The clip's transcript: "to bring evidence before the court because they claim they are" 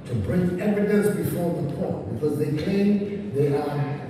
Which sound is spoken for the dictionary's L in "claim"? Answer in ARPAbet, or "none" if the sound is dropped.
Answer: none